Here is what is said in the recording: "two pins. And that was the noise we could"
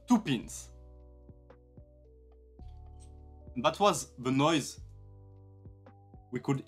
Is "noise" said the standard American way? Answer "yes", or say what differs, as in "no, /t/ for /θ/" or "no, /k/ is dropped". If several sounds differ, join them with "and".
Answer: yes